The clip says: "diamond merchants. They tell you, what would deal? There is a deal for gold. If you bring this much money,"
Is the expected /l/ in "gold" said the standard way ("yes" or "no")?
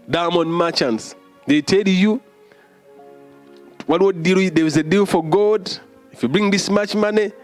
no